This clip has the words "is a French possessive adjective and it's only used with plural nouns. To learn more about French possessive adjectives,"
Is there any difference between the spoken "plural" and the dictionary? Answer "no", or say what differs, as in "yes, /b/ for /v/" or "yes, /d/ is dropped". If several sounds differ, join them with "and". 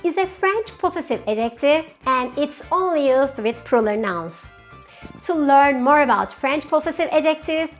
yes, /l/ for /ɹ/